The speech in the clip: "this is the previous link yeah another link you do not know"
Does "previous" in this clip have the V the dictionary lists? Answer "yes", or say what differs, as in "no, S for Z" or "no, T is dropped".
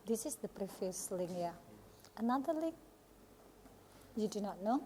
no, F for V